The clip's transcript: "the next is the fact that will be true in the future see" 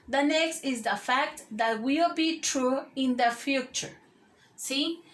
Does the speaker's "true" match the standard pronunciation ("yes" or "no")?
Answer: yes